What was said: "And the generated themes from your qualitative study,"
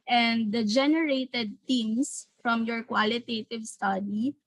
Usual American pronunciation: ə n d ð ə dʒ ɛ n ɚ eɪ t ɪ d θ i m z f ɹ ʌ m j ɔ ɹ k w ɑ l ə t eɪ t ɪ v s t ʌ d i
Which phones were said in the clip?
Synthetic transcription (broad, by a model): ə n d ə dʒ ɛ n ɚ eɪ t ɪ d t i m s f ɹ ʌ m j ɔ ɹ k w ɑ l ə t eɪ t ɪ v s t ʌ d i